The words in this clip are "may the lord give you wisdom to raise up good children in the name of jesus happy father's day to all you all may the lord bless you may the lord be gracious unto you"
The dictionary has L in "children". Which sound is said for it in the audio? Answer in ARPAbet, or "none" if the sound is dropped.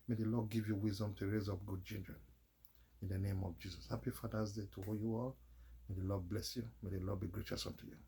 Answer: N